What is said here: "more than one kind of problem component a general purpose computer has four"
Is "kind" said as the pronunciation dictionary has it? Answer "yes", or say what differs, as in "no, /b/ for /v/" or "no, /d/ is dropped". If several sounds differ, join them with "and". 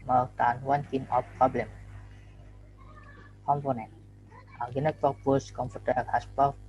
no, /d/ is dropped